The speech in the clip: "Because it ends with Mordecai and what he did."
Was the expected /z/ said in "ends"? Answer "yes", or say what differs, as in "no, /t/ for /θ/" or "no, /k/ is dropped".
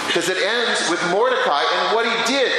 yes